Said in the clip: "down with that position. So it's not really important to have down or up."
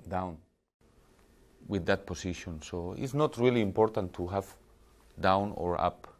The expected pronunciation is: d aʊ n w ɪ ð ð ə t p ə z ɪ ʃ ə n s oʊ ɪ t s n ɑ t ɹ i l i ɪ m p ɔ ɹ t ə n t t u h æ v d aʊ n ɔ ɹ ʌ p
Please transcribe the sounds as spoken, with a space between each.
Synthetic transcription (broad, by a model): d aʊ n w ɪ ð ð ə t p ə s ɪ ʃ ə n s oʊ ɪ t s n ɑ t ɹ i l i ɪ m p ɔ ɹ t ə n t t u h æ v d aʊ n ɔ ɹ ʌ p